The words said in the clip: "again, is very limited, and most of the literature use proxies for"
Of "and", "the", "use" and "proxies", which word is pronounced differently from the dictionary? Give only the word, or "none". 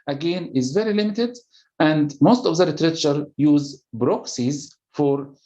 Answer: proxies